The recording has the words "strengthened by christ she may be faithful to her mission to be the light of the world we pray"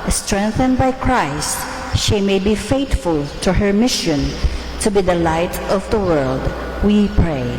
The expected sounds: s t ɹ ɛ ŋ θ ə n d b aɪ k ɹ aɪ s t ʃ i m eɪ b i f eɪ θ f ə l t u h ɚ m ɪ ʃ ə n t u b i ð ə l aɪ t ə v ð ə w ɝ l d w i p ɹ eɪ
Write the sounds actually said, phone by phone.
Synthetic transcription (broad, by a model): s t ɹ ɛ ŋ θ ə n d b aɪ k ɹ aɪ s t ʃ i m eɪ b i f eɪ t f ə l t u h ɚ m ɪ ʃ ə n t u b i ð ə l aɪ t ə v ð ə w ɝ l d w i p ɹ eɪ